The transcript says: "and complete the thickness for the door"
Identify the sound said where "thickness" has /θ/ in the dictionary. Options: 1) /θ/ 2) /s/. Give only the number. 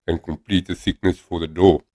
2